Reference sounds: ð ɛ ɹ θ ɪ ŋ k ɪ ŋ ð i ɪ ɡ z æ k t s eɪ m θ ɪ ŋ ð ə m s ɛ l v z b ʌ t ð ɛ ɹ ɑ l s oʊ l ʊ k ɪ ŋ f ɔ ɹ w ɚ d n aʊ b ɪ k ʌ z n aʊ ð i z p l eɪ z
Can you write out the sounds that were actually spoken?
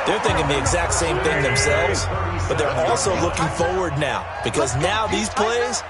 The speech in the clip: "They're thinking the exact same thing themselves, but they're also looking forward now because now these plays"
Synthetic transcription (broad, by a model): ð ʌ ɹ θ ɪ ŋ k ɪ ŋ ð i ɪ ɡ z æ k t s eɪ m θ ɪ ŋ ð ə m s ɛ l v z b ʌ t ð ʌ ɹ ɑ l s oʊ l ʊ k ɪ ŋ f ɔ ɹ w ɚ d n aʊ b ɪ k ʌ z n aʊ ð i z p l eɪ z